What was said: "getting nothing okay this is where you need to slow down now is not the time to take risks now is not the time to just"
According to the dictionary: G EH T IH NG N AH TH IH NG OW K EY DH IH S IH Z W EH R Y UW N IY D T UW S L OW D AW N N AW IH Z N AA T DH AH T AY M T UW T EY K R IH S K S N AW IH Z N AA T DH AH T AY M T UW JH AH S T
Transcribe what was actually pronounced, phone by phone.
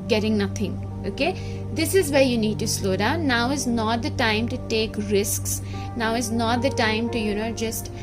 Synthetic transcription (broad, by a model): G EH T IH NG N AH T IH NG OW K EY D IH S IH Z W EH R Y UW N IY D T UW S L OW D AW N N AW IH Z N AA T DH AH T AY M T UW T EY K R IH S K S N AW IH Z N AA T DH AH T AY M T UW JH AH S T